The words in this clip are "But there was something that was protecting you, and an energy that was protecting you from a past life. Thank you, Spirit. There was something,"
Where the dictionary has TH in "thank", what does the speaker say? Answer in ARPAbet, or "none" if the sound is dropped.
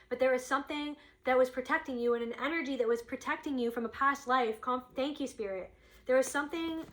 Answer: TH